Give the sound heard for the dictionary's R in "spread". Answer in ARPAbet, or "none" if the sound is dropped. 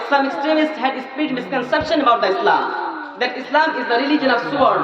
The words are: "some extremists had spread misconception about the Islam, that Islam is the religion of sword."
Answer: none